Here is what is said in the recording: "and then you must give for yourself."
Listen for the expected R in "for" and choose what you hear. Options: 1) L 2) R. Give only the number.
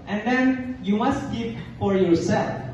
2